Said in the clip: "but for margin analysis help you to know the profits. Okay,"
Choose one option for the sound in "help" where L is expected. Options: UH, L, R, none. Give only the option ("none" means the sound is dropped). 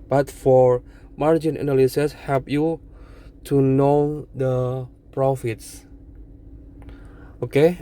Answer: none